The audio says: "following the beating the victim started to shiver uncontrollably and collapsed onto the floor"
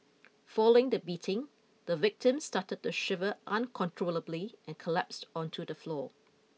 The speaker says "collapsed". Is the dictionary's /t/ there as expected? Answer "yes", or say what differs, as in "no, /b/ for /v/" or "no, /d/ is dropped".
yes